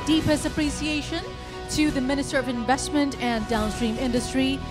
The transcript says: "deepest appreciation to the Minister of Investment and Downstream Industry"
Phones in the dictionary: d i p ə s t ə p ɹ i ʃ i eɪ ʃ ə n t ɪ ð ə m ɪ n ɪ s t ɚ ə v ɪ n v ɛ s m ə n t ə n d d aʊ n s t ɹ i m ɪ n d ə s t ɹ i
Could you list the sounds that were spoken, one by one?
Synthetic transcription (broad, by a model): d i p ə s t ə p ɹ i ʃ i eɪ ʃ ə n t ɪ ð ə m ɪ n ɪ s t ɚ ə v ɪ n v ɛ s m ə n t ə n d d aʊ n s t ɹ i m ɪ n d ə s t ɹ i